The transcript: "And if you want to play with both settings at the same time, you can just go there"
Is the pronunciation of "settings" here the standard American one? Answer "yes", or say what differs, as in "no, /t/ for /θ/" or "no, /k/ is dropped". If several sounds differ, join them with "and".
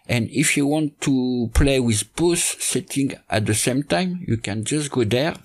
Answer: no, /z/ is dropped